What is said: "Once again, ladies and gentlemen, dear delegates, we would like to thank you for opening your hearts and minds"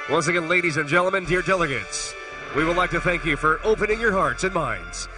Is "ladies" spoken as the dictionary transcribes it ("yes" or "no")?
yes